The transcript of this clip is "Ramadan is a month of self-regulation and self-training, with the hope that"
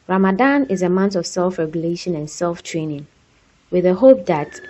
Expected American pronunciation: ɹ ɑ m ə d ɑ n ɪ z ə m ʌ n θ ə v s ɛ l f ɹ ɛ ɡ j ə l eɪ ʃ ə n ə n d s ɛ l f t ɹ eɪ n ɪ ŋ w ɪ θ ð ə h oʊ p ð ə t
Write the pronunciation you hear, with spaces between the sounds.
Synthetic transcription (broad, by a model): ɹ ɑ m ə d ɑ n ɪ z ə m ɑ n t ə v s ɛ l f ɹ ɛ ɡ j ə l eɪ ʃ ə n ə n s ɛ l f t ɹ eɪ n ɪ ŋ w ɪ ð ə h oʊ p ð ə t